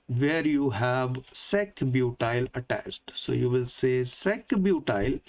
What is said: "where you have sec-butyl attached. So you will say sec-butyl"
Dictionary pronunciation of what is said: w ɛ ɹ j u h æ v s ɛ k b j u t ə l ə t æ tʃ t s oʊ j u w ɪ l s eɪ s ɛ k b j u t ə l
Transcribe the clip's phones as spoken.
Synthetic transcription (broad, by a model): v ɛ ɹ j u h æ v s ɛ k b j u t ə l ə t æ s t s oʊ j u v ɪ l s eɪ s ɛ k b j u t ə l